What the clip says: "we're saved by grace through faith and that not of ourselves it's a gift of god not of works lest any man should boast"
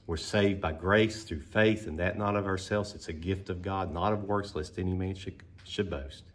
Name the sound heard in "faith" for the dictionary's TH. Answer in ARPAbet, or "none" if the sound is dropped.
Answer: TH